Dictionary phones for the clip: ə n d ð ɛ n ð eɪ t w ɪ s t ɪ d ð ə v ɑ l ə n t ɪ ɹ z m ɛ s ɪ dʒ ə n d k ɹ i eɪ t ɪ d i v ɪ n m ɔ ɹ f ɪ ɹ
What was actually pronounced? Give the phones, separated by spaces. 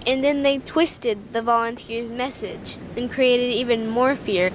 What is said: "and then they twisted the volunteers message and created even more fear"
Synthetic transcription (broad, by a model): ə n ð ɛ n ð eɪ t w ɪ s t ɪ d ð ə v ɑ l ə n t ɪ ɹ z m ɛ s ɪ dʒ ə n k ɹ i eɪ t ɪ d i v ɪ n m ɔ ɹ f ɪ ɹ